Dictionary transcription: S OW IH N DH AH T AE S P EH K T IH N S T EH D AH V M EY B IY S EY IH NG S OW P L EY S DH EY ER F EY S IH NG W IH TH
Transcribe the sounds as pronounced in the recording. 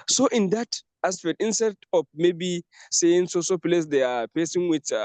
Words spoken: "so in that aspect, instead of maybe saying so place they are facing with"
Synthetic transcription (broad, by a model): S OW IH N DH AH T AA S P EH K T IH N S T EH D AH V M EY B IY S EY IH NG S OW P L EY S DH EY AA P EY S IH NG W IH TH